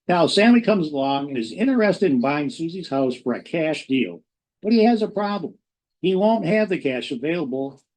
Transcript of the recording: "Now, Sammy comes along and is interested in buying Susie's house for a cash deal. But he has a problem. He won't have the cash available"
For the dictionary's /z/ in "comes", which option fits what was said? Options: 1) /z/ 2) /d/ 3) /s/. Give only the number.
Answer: 1